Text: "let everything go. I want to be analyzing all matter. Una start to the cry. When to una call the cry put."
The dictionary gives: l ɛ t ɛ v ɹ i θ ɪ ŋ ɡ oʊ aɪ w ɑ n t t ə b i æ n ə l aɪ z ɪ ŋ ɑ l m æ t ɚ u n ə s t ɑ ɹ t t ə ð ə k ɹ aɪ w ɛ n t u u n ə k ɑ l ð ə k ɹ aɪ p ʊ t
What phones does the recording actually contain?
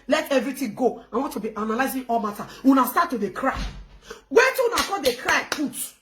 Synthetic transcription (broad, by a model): l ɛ t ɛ v ɹ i t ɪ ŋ ɡ oʊ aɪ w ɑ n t t ə b i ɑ n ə l aɪ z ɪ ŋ ɑ l m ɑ t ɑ u n ə s t ɑ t t ə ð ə k ɹ aɪ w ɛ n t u u n ə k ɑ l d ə k ɹ aɪ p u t